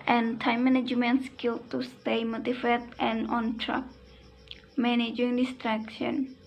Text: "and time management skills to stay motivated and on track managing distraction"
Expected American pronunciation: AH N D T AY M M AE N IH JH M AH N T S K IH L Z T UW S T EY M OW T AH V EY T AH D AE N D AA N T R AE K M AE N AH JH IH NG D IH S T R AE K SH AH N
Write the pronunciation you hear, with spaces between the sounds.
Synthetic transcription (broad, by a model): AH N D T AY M M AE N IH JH M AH N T S K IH L T UW S T EY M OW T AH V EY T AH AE N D AA N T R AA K M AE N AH JH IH NG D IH S T R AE K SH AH N